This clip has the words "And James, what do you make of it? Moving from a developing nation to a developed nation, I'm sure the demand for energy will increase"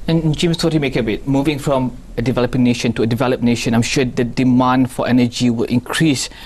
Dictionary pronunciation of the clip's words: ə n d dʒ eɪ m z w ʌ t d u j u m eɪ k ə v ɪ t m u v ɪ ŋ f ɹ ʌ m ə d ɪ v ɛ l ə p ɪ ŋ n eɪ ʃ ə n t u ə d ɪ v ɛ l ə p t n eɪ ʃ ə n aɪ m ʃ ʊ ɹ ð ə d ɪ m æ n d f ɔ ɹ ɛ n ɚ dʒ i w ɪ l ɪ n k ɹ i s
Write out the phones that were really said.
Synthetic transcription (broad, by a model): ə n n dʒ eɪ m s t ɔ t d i m eɪ k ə b ɪ t m u v ɪ ŋ f ɹ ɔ m ə d ɪ v ɛ l ə p ɪ ŋ n eɪ ʃ ə n t u ə d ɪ v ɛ l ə p n eɪ ʃ ə n aɪ m ʃ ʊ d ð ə d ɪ m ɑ n d f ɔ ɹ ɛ n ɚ dʒ i w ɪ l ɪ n k ɹ i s